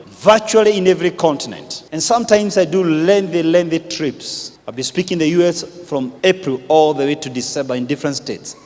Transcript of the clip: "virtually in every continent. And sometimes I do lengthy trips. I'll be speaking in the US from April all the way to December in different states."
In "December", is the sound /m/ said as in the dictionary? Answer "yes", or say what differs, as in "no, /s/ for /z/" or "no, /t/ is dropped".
no, /m/ is dropped